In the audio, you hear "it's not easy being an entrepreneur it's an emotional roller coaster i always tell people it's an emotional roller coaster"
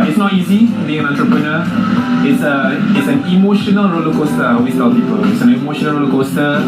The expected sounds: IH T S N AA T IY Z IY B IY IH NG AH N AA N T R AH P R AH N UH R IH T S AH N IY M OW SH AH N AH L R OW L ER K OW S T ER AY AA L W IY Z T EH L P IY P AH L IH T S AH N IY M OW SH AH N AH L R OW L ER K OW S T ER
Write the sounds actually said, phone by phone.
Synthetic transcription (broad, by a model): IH T S N AA T IY Z IY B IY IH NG AH N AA N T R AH P R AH N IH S IH T S AH N IY M OW SH AH N AH L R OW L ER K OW S T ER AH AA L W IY S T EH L P IY P AH L IH T S AH N IY M OW SH AH N AH L R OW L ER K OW S T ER